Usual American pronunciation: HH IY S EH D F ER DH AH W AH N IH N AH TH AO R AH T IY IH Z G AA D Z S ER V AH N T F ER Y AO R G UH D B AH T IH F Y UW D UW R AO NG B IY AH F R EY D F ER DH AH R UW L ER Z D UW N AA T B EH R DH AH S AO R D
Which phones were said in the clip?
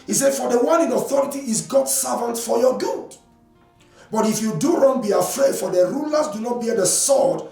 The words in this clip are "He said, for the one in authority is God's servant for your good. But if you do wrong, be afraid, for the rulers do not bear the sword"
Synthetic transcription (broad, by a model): HH IY S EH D F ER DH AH W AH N IH N AH TH AO R AH T IY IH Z G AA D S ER V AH N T F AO Y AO G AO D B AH T IH F Y UW D UW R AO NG B IY AH F R EY D F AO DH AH R UW L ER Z D UW N AA T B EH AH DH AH S AO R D